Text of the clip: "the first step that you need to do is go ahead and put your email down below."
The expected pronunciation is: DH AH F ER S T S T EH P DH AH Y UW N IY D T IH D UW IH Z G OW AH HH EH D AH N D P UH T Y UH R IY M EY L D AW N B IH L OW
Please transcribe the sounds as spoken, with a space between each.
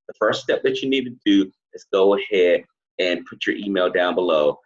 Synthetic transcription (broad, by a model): DH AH F ER S T S T EH P DH AH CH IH N IY D T IH D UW IH Z G OW AH HH EH D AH N P UH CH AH R IY M EY L D AW N B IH L OW